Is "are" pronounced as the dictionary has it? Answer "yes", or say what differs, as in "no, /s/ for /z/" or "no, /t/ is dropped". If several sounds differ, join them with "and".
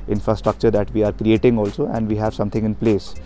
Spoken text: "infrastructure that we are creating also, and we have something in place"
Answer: yes